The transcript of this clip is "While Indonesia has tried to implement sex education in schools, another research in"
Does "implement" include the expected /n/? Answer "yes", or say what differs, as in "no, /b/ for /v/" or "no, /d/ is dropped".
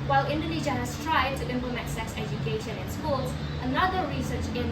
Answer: no, /n/ is dropped